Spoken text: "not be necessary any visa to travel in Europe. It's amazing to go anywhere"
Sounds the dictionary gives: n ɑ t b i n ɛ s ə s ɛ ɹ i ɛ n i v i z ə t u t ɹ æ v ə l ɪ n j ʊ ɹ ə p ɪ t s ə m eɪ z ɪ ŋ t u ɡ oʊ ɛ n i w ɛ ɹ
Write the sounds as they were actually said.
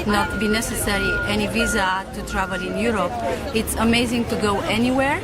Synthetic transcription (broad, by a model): n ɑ t b i n ɛ s ə s ɛ ɹ i ɛ n i v i z ə t u t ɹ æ v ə l ɪ n j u ɹ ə p ɪ t s ə m eɪ z ɪ ŋ t u ɡ oʊ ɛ n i w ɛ ɹ